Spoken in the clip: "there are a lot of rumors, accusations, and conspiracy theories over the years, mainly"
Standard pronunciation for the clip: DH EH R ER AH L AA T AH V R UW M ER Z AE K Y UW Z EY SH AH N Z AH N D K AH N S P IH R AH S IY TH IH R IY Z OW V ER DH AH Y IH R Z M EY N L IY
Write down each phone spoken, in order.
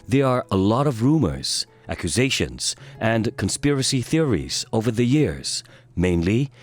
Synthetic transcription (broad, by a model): DH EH R ER AH L AA T AH V R UW M ER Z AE K Y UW Z EY SH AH N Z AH N K AH N S P IH R AH S IY TH IH R IY Z OW V ER DH AH Y IH R Z M EY N L IY